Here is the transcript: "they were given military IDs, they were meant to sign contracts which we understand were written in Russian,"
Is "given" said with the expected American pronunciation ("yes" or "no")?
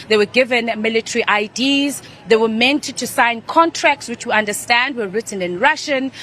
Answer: yes